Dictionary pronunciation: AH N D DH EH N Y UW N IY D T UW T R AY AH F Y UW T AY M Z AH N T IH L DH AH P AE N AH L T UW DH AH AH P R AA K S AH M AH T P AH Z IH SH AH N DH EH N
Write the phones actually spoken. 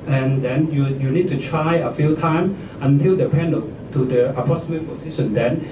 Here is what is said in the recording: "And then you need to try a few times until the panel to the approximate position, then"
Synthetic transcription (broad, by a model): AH N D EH N Y UW N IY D T UW T R AY AH F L T AY M AH N T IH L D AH P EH N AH T UW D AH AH P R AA S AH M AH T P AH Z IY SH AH N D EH N